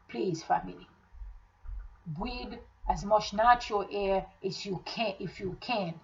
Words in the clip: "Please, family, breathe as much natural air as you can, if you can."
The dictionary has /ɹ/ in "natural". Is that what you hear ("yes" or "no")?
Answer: no